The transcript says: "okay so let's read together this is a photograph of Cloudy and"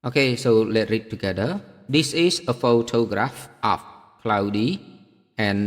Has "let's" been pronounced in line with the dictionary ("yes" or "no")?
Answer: no